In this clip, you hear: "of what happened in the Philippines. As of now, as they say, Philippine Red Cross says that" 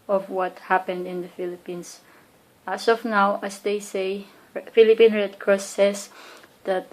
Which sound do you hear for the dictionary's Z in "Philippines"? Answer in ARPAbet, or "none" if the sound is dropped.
S